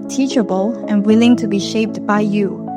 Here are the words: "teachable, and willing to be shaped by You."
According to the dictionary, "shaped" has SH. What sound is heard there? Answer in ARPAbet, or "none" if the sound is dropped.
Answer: SH